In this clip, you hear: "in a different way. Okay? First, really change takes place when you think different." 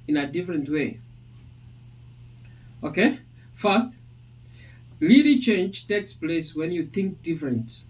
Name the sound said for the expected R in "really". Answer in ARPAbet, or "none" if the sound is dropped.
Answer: L